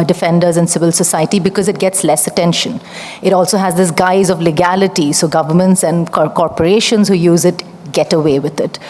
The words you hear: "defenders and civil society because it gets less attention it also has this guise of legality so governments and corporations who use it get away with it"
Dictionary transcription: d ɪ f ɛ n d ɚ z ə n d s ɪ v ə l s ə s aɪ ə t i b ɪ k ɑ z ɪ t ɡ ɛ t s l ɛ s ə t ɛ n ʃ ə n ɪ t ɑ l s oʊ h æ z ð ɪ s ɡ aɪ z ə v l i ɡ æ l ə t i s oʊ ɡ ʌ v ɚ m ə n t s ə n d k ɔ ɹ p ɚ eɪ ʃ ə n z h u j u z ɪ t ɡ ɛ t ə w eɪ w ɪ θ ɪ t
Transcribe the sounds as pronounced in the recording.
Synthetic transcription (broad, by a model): d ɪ f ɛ n d ɚ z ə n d s ɪ v ə l s ə s aɪ ə t i b ɪ k ɑ z ɪ t ɡ ɛ t s l ɛ s ə t ɛ n ʃ ə n ɪ t ɑ l s oʊ h æ z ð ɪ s ɡ aɪ z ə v l i ɡ æ l ə t i s oʊ ɡ ʌ v ɚ m ə n t s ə n d k ɔ ɹ p ɚ eɪ ʃ ə n z h u j u z ɪ t ɡ ɛ t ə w eɪ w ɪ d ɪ t